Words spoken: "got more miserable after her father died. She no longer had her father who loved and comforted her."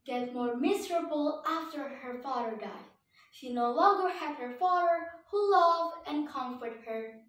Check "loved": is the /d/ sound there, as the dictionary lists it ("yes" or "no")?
no